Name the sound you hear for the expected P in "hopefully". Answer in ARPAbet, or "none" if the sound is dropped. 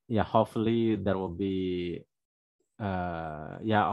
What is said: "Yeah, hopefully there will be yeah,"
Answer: none